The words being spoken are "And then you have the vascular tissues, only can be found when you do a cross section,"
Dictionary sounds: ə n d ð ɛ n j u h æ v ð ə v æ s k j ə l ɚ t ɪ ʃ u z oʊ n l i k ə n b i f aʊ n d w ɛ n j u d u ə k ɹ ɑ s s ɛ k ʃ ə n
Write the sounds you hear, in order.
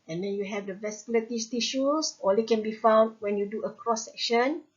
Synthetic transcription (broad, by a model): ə n d ɛ n j u h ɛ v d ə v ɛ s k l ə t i t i ʃ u s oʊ l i k ə n b i f aʊ n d w ɛ n j u d u ə k ɹ ɑ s s ɛ k ʃ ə n